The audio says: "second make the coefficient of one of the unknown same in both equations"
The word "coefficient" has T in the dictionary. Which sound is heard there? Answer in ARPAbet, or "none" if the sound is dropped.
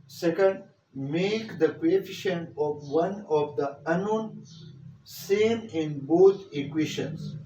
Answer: none